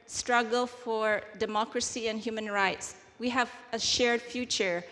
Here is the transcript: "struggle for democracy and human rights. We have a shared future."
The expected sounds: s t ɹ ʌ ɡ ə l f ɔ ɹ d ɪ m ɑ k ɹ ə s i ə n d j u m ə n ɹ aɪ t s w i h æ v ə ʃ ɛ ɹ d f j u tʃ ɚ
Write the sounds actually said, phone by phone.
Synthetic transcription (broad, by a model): s t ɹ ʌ ɡ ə l f ɔ ɹ d ɪ m ɑ k ɹ ə s i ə n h j u m ə n ɹ aɪ t s w i h æ v ə ʃ ɛ ɹ d f j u tʃ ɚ